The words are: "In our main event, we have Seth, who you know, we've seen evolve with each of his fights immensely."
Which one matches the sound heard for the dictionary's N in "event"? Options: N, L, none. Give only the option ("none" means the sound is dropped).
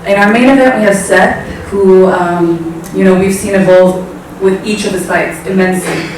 none